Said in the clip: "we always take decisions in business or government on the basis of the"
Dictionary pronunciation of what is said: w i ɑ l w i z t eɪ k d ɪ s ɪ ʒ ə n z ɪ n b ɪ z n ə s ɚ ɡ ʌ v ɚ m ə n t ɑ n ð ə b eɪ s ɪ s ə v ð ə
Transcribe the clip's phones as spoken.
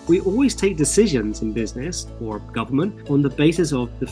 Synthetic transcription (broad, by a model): w i ɑ l w i z t eɪ k d ɪ s ɪ ʒ ə n z ɪ n b ɪ z n ə s ɚ ɡ ʌ v ɚ m ə n t n ð ə b eɪ s ɪ s ə v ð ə